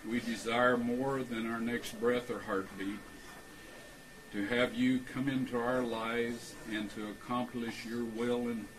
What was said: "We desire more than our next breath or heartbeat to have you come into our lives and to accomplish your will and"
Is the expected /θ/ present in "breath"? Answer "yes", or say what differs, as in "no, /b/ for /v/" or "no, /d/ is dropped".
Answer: yes